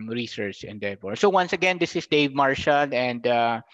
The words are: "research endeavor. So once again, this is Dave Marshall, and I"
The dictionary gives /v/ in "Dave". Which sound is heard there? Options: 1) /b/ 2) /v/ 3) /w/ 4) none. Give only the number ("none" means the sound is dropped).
2